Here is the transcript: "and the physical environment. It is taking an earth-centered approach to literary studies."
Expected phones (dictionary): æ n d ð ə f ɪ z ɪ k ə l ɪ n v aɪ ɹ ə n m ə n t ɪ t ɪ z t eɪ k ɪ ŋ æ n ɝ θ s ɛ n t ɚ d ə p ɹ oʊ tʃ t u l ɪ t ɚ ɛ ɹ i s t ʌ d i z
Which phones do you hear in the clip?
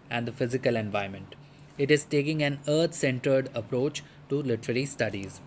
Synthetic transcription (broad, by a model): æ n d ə f ɪ z ɪ k ə l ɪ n v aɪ ə m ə n t ɪ t ɪ z t eɪ k ɪ ŋ æ n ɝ t s ɛ n t ɚ d ə p ɹ oʊ tʃ t u l ɪ t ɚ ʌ ɹ i s t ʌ d i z